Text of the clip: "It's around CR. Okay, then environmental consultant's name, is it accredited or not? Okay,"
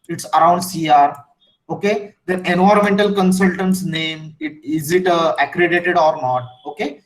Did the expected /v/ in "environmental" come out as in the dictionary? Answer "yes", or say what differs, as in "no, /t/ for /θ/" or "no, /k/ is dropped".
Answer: no, /v/ is dropped